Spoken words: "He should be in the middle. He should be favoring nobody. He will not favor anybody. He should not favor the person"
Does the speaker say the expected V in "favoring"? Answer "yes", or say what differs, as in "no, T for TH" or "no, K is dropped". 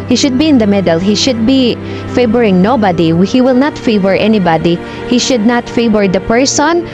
no, B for V